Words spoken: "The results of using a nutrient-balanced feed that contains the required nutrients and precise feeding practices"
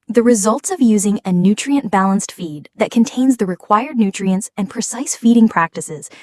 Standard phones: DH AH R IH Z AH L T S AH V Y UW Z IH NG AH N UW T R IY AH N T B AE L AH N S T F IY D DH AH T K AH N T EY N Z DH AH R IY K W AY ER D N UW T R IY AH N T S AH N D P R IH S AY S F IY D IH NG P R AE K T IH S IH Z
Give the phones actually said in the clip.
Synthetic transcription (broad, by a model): DH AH R IH Z AH L T S AH V Y UW Z IH NG AH N UW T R IY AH N B AE L AH N S T F IY D DH AH T K AH N T EY N Z DH AH R IY K W AY ER D N UW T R IY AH N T S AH N P R IH S AY S F IY D IH NG P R AE K T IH S IH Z